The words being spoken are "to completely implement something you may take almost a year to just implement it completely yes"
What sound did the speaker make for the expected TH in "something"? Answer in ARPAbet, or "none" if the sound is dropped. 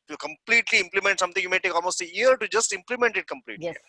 T